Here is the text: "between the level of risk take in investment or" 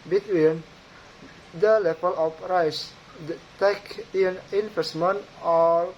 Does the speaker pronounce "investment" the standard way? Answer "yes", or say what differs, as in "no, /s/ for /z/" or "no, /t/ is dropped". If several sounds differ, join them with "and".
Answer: no, /t/ is dropped